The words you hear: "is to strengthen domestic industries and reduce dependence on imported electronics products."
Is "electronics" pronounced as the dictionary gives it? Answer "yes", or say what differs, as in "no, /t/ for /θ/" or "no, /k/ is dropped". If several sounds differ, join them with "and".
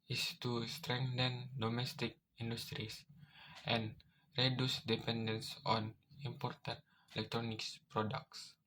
yes